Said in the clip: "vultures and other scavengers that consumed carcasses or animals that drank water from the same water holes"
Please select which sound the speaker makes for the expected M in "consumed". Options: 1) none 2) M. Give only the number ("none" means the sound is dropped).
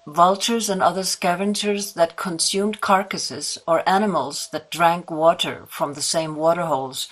2